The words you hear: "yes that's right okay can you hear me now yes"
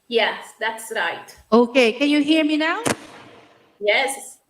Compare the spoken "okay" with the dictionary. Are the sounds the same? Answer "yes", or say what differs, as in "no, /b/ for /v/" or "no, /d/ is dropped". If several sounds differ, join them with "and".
yes